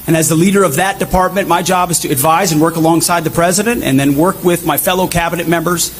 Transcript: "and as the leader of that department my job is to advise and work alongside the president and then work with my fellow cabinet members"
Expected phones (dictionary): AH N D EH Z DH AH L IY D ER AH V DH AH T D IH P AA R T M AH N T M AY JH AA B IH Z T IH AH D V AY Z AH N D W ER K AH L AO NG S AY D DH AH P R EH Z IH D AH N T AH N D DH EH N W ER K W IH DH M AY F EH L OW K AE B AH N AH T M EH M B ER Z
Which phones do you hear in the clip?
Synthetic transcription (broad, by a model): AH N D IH Z DH AH L IY D ER AH V DH AH T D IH P AA R T M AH N M AY JH AA B IH Z T IH AH D V AY Z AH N W ER K AH L AO NG S AY D DH AH P R EH Z IH D AH N T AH N DH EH N W ER K W IH DH M AY F EH L OW K AE B AH N AH T M EH M B ER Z